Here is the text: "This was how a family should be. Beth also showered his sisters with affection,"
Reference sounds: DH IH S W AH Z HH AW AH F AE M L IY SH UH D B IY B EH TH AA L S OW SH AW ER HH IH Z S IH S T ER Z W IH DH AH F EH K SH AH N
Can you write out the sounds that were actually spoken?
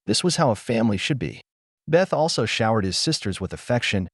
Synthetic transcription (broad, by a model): DH IH S W AH Z HH AW AH F AE M L IY SH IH D B IY B EH TH AA L S OW SH AW ER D IH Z S IH S T ER Z W IH DH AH F EH K SH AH N